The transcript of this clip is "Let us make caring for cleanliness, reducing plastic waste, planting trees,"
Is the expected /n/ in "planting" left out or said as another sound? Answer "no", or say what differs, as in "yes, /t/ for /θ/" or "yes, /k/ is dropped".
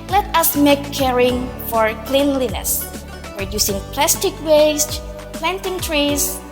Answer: no